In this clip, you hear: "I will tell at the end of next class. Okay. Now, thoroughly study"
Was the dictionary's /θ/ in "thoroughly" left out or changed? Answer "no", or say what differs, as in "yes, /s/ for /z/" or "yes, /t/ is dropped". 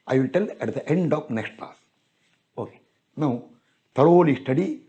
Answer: yes, /t/ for /θ/